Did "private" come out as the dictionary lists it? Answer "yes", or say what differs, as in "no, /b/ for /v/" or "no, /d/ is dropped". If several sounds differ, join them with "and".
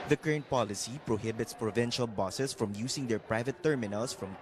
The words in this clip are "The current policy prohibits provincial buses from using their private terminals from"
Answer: yes